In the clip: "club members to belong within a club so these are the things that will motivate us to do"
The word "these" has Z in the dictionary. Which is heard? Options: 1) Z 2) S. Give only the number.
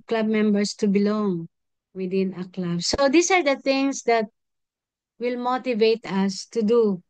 2